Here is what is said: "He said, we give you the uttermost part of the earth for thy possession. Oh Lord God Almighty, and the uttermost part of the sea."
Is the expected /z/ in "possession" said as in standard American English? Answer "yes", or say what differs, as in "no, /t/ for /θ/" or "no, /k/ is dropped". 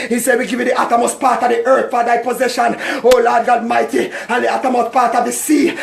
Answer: yes